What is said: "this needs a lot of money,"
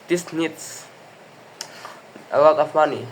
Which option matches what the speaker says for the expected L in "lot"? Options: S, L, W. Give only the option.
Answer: W